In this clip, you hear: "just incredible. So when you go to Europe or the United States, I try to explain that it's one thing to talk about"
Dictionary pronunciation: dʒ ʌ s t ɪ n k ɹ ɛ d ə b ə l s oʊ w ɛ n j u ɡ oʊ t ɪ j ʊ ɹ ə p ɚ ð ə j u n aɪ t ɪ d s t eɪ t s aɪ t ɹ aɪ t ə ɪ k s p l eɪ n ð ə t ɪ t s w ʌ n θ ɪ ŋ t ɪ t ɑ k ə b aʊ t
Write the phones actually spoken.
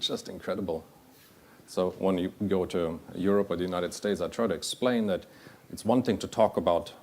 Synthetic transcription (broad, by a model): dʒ ʌ s t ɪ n k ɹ ɛ d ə b l s oʊ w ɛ n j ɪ ɡ oʊ t ɪ j ʊ ɹ ə p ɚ ð ə j u n aɪ t ɪ d s t eɪ t s aɪ t ɹ aɪ t ɪ k s p l eɪ n ð ə t ɪ t s w ʌ n θ ɪ ŋ t ɪ t ɑ k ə b aʊ t